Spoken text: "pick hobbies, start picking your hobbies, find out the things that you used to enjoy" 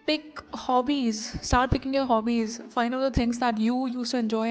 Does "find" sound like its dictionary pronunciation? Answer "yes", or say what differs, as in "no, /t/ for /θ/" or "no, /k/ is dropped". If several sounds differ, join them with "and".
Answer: no, /d/ is dropped